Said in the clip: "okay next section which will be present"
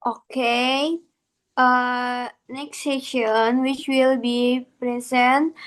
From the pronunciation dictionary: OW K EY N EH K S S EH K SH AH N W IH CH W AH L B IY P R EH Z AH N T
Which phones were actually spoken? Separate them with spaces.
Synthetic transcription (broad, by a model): OW K EY N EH K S S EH SH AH N W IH CH W AH L B IY P R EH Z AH N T